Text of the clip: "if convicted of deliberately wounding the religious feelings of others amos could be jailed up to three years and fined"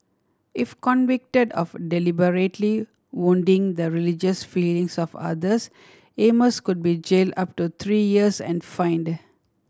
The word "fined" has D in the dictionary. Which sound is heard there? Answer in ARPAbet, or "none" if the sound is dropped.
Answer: D